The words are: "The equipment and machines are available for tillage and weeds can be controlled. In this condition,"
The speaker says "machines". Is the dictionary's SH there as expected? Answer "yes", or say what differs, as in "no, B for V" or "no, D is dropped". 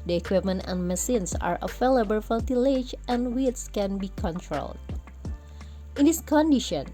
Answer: no, S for SH